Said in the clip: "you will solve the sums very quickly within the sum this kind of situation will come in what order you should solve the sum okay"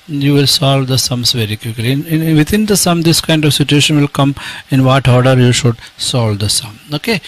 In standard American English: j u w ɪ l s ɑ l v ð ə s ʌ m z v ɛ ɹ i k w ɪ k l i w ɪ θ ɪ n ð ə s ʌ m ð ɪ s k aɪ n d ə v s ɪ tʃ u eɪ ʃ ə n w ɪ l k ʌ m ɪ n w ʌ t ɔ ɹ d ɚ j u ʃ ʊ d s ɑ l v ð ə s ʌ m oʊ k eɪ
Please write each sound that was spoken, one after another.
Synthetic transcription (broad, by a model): j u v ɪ l s ɑ l v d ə s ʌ m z v ɛ ɹ i k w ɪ k l i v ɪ t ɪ n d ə s ʌ m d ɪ s k aɪ n d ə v s ɪ tʃ u eɪ ʃ ə n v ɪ l k ʌ m ɪ n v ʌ t ɔ ɹ d ɚ j u ʃ ʊ d s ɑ l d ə s ʌ m oʊ k eɪ